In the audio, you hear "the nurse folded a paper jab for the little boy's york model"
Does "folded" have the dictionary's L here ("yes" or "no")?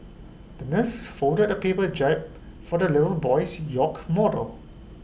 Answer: no